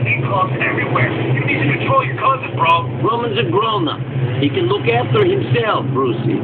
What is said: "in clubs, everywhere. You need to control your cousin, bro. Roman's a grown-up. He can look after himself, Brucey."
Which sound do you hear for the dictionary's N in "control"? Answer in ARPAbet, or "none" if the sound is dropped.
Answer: none